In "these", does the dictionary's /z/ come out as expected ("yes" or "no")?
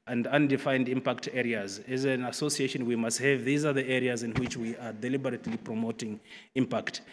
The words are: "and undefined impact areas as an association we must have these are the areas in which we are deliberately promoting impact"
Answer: yes